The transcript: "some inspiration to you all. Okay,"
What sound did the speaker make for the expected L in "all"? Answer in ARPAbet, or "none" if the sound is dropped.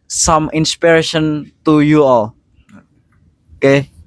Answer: L